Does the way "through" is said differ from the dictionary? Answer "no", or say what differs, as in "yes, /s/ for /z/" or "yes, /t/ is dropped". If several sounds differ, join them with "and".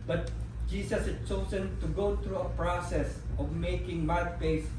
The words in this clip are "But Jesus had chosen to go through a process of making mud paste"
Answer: yes, /t/ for /θ/